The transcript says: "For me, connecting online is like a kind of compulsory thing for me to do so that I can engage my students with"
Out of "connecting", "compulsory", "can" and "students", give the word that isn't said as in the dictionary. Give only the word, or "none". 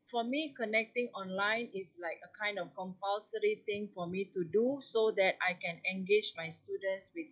none